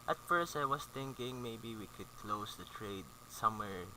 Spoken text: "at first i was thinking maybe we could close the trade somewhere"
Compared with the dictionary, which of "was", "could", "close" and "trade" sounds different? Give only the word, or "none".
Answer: was